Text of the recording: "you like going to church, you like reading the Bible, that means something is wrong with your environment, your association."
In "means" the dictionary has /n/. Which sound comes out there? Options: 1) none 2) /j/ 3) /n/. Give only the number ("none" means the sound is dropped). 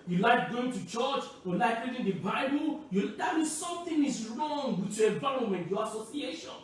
1